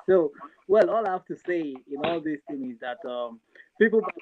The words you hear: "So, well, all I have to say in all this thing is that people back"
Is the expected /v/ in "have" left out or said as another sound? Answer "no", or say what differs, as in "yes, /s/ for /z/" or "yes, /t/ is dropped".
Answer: yes, /f/ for /v/